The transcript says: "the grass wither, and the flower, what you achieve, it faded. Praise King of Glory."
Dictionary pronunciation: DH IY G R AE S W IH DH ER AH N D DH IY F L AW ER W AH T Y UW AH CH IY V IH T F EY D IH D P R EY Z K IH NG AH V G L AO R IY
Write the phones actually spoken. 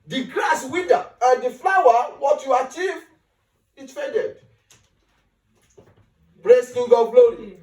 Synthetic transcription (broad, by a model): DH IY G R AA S W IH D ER AH N D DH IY F L AW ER W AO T Y UW AH CH IY V IH T F EY D IH D B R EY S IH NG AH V G L AO R IY